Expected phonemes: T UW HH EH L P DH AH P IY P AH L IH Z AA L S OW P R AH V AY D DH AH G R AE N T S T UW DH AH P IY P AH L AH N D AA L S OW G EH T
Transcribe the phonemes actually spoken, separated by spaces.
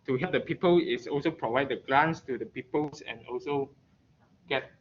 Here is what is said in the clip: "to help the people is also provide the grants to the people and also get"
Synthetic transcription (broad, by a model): T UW HH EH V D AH P IY P AH L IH S AA L S OW P R AH V AY D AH G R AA N S T UW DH AH P IY P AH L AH N AA L S OW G EH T